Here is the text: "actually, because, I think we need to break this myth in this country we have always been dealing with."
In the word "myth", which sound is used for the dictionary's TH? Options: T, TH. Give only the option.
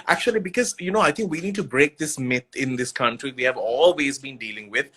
T